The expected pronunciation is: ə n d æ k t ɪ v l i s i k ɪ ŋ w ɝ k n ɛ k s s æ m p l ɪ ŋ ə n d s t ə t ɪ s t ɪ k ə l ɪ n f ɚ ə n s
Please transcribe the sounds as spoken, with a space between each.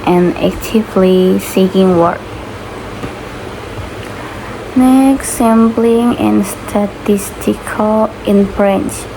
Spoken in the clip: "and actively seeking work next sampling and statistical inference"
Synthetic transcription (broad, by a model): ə n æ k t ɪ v l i s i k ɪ ŋ w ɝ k n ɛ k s s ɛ m b l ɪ ŋ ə n s t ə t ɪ s t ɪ k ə l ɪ n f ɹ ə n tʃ